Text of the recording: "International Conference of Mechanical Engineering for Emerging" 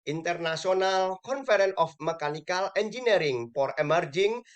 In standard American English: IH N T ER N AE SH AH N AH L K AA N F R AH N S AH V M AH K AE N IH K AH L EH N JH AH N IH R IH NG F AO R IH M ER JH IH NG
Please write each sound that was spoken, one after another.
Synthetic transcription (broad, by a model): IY N T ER N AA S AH N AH L K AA N F R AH N AH F M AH K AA N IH K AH L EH N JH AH N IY R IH NG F AO R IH M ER JH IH NG